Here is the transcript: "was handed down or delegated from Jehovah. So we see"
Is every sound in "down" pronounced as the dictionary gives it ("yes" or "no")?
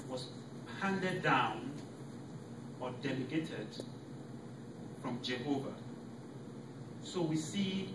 yes